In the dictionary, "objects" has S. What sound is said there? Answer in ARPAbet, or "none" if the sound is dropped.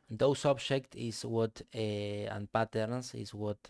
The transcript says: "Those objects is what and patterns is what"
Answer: none